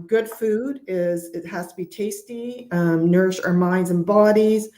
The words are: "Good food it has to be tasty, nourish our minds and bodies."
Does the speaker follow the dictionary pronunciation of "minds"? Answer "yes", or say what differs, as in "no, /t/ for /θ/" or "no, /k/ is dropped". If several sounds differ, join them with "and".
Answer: yes